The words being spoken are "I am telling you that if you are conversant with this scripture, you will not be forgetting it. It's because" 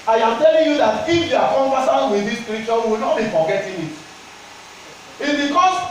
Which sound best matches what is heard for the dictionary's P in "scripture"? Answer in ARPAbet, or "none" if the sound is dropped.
none